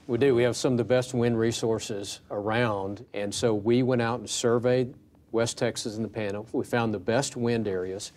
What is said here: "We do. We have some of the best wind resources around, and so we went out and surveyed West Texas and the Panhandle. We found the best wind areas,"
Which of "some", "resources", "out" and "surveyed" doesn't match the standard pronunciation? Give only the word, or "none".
none